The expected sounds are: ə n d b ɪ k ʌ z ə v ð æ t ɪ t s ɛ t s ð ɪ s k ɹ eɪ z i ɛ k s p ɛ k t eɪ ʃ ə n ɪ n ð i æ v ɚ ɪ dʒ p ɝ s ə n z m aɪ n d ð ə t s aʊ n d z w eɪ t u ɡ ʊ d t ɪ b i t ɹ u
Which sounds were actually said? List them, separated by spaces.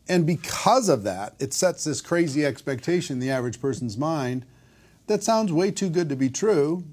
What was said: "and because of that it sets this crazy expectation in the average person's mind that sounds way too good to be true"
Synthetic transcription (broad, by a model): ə n b ɪ k ʌ z ə v ð æ t ɪ t s ɛ t s ð ɪ s k ɹ eɪ z i ɛ k s p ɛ k t eɪ ə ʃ ɪ n ð i æ v ɚ ɪ dʒ p ɝ s n z m aɪ n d ð ə t s aʊ n d z w eɪ t u ɡ ʊ d t ɪ b i t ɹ u